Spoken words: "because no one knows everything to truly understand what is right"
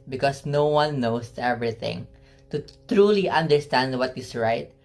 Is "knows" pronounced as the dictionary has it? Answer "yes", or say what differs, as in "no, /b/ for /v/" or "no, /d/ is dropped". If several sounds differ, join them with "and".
no, /s/ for /z/